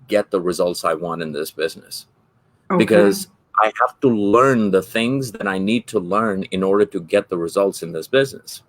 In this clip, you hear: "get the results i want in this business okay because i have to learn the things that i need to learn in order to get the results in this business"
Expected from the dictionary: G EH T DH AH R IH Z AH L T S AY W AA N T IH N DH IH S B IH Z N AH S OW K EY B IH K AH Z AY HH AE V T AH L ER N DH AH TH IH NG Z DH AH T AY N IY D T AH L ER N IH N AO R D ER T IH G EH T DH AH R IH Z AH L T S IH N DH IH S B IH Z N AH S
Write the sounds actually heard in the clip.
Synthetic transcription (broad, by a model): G EH T DH AH R IH Z AH L T S AY W AA N T IH N DH IH S B IH Z N AH S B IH K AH Z AY HH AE F T AH L ER N DH AH TH IH NG Z DH AH T AY N IY D T AH L ER N IH N AO R D ER T IH G EH T DH AH R IH Z AH L T S IH N DH IH S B IH Z N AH S